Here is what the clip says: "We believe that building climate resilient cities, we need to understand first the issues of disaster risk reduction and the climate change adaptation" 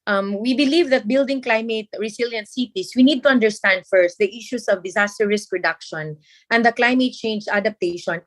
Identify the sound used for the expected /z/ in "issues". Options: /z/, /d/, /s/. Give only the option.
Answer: /s/